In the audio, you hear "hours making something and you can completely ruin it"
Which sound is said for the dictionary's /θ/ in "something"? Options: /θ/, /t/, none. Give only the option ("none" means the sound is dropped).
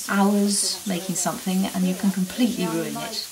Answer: /θ/